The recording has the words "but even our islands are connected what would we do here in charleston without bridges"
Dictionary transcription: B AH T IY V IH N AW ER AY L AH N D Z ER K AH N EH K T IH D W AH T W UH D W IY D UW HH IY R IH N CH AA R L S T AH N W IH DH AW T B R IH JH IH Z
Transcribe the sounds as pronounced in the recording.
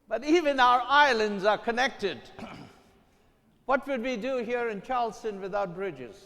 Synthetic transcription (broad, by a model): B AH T IY V IH N AW ER AY L AH N D Z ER K AH N EH K T IH D W AH T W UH D W IY D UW HH IY R IH N CH AA R L S T AH N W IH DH AW T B R IH JH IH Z